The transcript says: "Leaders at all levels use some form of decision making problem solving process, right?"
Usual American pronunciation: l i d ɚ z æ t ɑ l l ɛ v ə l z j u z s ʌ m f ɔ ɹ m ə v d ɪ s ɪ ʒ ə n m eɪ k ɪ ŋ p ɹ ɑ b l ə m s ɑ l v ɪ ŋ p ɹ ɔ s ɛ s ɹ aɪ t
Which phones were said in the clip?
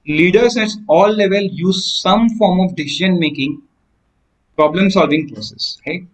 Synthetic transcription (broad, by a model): l i d ɚ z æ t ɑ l l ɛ v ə l j u z s ʌ m f ɔ ɹ m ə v d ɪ s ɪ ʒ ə n m eɪ k ɪ ŋ p ɹ ɑ b l ə m s ɑ l v ɪ ŋ p ɹ ɔ s ɛ s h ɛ